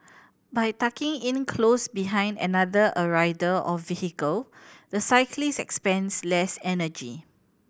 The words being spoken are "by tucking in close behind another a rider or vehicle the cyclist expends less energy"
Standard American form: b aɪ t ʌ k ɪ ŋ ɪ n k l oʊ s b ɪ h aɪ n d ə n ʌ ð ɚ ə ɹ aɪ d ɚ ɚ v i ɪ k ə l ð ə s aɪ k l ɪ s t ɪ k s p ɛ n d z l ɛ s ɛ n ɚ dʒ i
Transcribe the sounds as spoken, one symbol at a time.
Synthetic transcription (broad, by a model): b aɪ t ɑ k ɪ ŋ ɪ n k l oʊ s b ɪ h aɪ n d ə n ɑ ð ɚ ə ɹ aɪ d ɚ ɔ f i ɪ k ə l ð ə s aɪ k l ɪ s ɪ k s p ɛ n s l ɛ s ɛ n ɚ dʒ i